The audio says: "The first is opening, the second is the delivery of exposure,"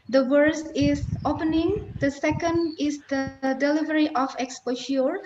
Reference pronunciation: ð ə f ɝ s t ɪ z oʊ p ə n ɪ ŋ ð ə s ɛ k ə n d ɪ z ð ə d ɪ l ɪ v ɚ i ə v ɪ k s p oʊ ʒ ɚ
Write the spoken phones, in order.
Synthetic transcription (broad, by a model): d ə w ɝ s ɪ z oʊ p ə n ɪ ŋ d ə s ɛ k ə n d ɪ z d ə d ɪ l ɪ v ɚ i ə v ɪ k s p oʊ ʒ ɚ